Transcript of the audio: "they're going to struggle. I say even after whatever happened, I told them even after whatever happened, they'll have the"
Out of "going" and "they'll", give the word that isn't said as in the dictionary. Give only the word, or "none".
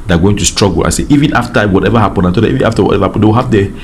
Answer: they'll